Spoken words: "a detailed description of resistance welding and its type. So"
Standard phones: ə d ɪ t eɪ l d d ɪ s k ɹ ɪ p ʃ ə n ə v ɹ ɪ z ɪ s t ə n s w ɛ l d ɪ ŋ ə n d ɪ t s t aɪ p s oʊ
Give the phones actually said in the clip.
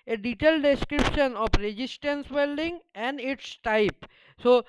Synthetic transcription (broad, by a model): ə d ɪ t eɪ l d d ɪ s k ɹ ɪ p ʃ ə n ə p ɹ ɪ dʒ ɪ s t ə n s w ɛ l d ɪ ŋ ə n d ɪ t s t aɪ p s oʊ